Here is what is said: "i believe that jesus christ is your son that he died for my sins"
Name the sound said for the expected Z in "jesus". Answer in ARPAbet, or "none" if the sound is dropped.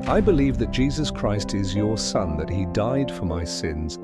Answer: Z